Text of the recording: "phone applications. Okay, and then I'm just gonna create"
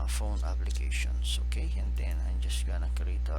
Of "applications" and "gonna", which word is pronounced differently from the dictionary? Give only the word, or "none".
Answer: applications